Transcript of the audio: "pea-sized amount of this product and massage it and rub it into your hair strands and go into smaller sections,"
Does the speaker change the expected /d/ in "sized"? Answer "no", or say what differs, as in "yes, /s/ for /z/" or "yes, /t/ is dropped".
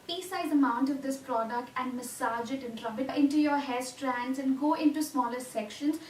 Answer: yes, /d/ is dropped